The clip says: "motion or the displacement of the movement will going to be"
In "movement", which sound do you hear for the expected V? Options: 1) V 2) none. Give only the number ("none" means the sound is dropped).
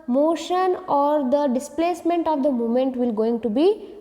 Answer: 2